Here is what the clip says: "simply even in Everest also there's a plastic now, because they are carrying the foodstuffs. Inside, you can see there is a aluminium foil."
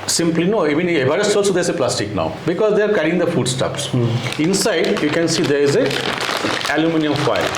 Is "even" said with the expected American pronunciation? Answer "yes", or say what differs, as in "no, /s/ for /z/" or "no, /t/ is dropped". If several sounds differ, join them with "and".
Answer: no, /v/ is dropped